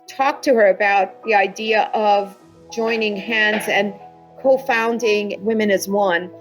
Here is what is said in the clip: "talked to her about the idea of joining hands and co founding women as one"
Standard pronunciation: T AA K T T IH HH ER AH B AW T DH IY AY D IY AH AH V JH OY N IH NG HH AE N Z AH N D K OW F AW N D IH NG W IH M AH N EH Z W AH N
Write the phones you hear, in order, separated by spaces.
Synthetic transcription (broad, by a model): T AA K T T IH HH ER AH B AW T DH IY AY D IY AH AH V JH OY N IH NG HH AE N Z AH N K OW F AW N D IH NG W IH M AH N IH Z W AH N